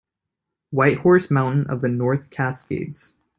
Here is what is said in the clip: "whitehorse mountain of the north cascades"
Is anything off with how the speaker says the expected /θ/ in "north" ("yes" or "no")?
no